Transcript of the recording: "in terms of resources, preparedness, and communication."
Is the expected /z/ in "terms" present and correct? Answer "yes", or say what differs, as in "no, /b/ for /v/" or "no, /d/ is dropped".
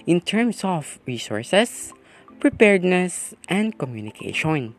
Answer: no, /s/ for /z/